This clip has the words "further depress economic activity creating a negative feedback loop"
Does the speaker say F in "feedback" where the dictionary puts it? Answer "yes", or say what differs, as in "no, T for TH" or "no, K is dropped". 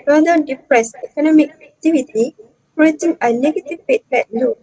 no, P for F